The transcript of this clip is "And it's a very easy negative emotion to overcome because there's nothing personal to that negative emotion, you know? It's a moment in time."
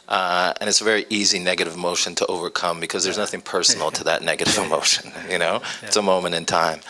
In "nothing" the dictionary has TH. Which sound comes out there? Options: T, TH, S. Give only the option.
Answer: TH